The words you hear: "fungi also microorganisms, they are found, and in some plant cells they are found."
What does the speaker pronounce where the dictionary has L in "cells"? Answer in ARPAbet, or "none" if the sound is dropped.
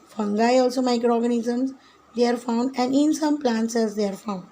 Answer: none